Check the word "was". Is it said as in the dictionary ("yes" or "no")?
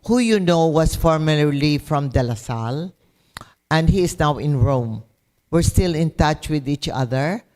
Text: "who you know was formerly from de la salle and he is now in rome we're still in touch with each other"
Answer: no